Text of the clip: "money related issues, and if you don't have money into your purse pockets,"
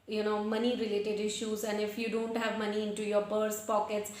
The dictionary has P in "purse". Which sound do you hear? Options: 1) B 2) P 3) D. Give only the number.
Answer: 1